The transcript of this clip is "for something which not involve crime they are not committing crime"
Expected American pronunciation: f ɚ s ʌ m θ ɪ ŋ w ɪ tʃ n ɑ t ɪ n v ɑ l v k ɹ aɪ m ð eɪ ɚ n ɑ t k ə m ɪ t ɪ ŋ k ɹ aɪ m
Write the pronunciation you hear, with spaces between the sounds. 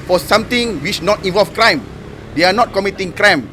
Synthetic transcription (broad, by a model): f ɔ s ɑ m t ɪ ŋ w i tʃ n ɑ t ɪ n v ɑ l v k ɹ aɪ m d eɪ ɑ n ɑ t k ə m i t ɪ ŋ k ɹ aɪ m